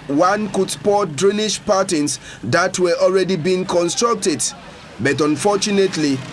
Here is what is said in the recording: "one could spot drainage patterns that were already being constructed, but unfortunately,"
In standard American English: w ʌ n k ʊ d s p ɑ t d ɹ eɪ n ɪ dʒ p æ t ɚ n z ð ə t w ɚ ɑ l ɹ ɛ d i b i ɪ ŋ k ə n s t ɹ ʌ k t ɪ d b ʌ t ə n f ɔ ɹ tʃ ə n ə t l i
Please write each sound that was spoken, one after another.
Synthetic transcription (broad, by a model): w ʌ n k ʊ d s p ɑ t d ɹ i n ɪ ʃ p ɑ t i n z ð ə t w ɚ ɑ l ɹ ɛ d i b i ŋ k ə n s t ɹ ʌ k t ɪ d b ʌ t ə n f ɔ tʃ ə n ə t l i